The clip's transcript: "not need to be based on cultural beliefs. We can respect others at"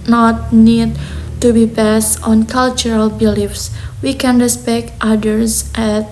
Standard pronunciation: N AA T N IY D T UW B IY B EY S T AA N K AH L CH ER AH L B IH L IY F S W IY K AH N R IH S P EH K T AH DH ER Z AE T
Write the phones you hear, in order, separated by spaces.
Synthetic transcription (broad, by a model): N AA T N IY D T UW B IY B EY S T AA N K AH L CH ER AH L B IH L IY F S W IY K AH N R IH S P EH K T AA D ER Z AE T